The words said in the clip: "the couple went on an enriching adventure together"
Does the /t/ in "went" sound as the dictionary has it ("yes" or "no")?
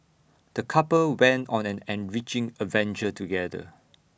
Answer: yes